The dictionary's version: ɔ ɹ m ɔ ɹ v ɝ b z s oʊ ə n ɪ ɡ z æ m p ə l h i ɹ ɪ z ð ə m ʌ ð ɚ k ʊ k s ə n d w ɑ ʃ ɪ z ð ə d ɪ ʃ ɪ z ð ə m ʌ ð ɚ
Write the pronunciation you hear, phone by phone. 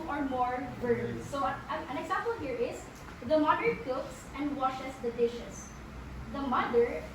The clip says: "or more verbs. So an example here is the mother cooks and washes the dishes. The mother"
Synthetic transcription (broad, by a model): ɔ ɹ m ɔ ɹ b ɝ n s oʊ ə n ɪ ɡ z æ m p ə l h i ɹ ɪ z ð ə m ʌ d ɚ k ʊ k s ə n d w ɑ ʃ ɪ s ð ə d ɪ ʃ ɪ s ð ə m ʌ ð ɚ